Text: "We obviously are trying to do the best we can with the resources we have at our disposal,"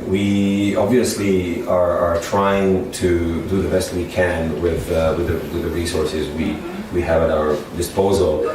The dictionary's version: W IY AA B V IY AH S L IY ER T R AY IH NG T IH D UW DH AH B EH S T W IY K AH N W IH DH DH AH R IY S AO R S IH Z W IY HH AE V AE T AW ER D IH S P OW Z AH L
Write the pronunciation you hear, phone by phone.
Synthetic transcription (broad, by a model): W IY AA B V IY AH S L IY ER T R AY IH NG T IH D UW DH AH B EH S T W IY K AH N W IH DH DH AH R IY S AO R S IH Z W IY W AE V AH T AW ER D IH S P OW Z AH L